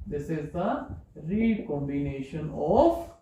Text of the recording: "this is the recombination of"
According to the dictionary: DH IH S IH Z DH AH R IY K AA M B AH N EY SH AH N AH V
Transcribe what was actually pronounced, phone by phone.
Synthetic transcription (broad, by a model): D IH S IH Z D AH R IY K AA M B AH N EY SH AH N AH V